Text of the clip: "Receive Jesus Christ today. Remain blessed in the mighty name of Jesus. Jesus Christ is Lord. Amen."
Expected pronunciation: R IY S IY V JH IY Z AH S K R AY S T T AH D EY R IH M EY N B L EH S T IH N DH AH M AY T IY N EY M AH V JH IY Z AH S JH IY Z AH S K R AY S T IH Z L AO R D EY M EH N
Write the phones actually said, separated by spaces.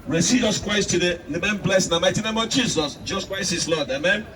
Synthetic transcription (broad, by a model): R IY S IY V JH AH S K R AY S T T AH D EY L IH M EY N B L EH S IH N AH M AY T IY N EY M AH V JH IY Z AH S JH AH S K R AY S IH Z L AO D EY M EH N